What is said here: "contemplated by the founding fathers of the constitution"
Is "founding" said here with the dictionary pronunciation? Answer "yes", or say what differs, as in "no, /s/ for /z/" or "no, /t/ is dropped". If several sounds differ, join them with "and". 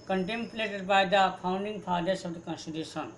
no, /p/ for /f/